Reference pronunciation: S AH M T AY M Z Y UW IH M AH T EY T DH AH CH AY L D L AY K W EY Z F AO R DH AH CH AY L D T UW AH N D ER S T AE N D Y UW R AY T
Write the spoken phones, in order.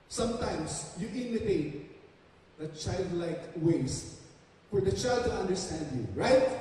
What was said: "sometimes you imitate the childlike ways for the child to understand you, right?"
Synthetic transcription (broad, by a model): S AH M T AY M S Y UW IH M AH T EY T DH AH CH AY L D L AY K W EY S F AO R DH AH CH AY L D T UW AH N D ER S T AE N D Y UW R AY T